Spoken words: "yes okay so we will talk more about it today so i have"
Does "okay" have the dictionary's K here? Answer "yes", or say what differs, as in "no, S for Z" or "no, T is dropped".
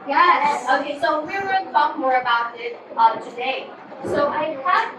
yes